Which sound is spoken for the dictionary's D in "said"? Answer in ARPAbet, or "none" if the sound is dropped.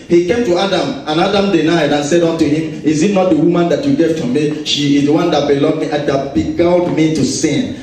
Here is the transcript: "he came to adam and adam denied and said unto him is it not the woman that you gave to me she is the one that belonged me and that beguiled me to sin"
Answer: D